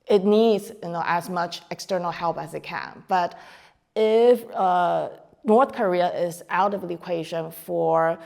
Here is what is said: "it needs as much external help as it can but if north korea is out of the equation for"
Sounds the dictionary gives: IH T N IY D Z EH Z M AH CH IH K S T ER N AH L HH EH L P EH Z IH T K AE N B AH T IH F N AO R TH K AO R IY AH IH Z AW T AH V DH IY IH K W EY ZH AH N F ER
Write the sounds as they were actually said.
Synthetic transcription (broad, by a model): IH T N IY D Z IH Z M AH CH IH K S T ER N L HH EH L P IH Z IH T K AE N B AH T IH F N AO R TH K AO R IY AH IH Z AW T AH V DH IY IH K W EY ZH AH N F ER